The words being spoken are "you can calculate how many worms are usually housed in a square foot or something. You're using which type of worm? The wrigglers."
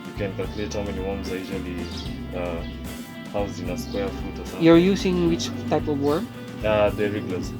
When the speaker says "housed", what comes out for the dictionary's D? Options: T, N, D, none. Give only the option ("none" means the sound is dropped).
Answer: none